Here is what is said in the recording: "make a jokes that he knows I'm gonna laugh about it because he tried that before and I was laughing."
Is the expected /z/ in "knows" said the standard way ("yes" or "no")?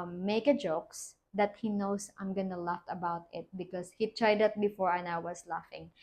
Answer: no